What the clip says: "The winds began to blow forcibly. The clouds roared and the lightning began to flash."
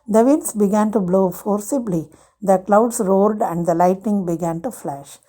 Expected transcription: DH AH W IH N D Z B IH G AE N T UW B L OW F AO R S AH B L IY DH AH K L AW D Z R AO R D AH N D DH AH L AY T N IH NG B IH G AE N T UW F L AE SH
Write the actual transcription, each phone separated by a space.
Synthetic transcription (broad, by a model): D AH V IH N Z B IH G AE N T UW B L OW F AO R S AH B L IY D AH K L AW D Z R AO R D AH N D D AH L AY T N IH NG B IH G AE N T UW F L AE SH